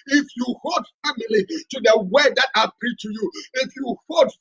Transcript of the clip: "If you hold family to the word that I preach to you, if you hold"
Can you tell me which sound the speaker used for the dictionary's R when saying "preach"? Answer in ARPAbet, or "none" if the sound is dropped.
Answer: none